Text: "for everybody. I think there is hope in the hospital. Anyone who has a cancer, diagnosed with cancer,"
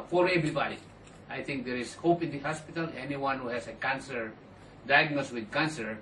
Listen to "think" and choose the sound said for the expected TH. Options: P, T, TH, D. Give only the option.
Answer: T